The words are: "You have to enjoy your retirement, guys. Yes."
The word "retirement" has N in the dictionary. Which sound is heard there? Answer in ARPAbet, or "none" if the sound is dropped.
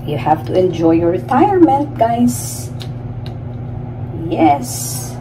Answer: N